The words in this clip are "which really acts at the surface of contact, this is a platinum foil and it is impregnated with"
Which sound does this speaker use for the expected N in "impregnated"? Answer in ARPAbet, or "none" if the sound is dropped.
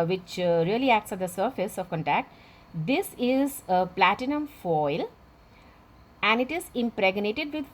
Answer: N